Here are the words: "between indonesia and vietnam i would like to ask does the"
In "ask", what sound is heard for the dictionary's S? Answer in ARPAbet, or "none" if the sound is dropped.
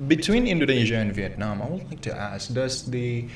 S